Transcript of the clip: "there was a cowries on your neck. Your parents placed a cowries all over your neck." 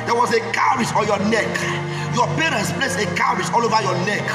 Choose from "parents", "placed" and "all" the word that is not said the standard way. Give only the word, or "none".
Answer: placed